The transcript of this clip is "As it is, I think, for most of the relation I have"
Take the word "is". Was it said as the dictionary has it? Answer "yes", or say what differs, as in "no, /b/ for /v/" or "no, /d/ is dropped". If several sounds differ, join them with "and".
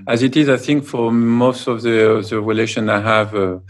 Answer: yes